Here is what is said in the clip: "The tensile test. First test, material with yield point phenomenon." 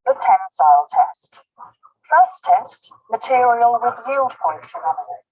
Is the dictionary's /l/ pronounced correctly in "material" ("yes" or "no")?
yes